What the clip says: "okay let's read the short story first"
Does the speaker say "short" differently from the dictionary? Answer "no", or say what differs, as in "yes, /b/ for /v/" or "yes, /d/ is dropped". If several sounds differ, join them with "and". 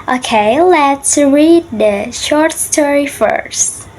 no